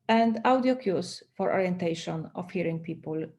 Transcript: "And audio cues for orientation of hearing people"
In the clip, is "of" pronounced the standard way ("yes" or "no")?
no